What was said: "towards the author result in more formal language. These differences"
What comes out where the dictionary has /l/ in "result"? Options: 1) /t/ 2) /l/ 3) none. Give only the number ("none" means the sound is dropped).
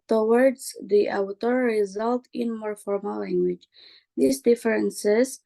2